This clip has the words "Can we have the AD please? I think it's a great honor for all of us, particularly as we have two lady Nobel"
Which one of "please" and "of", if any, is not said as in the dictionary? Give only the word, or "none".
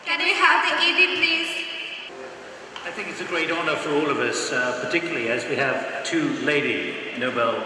none